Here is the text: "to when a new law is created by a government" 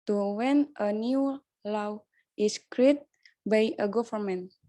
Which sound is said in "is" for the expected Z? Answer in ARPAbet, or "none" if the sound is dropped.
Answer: S